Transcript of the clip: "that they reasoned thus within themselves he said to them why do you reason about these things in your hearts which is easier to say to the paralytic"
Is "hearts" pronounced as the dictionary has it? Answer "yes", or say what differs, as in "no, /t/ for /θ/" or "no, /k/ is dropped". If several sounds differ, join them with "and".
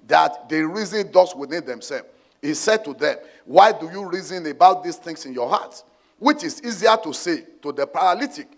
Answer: no, /s/ is dropped